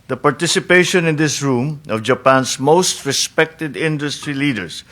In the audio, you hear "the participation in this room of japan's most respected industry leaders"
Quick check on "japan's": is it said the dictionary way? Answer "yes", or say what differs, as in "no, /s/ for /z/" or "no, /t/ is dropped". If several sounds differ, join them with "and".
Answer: no, /s/ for /z/